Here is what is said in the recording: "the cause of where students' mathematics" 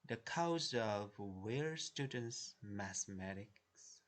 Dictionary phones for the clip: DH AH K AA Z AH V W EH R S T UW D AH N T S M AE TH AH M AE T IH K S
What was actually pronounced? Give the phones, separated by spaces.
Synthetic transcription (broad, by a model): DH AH K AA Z AH V W EH R S T UW D AH N T S M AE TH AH M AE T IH K S